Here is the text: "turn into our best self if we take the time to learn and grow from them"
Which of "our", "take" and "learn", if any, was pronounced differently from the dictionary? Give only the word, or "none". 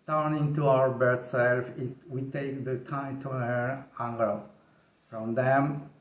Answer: learn